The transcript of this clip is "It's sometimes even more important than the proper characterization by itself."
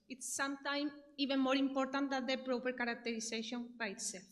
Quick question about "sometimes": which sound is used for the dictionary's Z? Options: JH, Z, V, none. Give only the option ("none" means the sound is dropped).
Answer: none